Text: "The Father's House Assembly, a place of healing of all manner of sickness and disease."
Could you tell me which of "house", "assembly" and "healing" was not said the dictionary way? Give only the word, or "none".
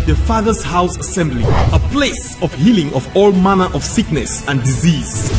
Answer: none